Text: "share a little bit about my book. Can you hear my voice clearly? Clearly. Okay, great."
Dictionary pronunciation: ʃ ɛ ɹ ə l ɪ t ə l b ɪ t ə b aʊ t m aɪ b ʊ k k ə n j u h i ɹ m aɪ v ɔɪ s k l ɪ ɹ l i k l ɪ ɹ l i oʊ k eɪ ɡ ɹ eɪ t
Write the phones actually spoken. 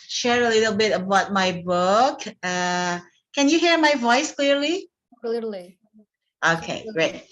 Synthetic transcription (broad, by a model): ʃ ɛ ɹ ə l ɪ t ə l b ɪ t ə b aʊ t m aɪ b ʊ k k ə n j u h i ɹ m aɪ v ɔɪ s k l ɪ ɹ l i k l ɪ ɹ l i oʊ k eɪ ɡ ɹ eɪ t